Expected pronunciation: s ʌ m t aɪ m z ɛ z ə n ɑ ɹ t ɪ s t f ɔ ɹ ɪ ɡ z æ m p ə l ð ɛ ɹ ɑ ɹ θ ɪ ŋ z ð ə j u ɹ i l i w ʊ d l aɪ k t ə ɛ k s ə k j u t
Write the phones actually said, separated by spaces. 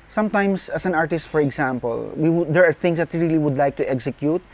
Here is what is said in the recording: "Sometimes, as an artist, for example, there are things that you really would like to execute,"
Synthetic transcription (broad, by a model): s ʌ m t aɪ m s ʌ s ə n ɑ ɹ t ɪ s t f ɔ ɹ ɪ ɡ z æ m p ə l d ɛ ɹ ɑ ɹ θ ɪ ŋ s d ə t ɹ i l i w ʊ d l aɪ k t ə ɛ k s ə k j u t